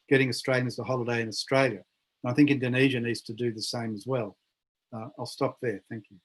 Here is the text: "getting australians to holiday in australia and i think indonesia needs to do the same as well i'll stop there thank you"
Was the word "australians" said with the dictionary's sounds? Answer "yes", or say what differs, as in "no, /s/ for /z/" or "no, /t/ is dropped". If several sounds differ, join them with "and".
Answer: no, /l/ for /n/